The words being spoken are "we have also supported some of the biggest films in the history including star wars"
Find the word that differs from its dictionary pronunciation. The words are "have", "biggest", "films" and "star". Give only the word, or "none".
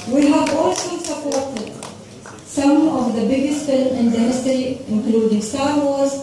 films